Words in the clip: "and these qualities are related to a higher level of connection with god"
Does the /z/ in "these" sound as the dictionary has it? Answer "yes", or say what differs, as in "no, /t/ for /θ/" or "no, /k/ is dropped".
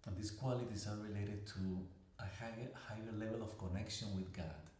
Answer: no, /s/ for /z/